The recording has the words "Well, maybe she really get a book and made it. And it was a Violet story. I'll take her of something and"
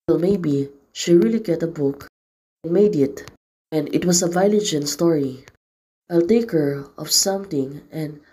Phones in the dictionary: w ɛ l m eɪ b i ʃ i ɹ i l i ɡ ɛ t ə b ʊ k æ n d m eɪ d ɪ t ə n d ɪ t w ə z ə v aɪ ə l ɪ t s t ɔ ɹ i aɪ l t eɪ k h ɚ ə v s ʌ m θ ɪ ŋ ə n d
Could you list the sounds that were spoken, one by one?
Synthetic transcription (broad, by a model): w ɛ l m eɪ b i ʃ i ɹ i l i ɡ ɛ t ə b ʊ k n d m eɪ d ɪ t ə n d ɪ t w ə s ə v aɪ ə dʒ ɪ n s t ɔ ɹ i aɪ l t eɪ k h ɚ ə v s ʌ m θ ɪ ŋ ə n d